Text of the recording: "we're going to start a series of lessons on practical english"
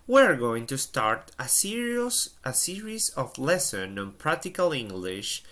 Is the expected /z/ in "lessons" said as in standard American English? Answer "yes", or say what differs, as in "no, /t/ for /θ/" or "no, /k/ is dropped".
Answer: no, /z/ is dropped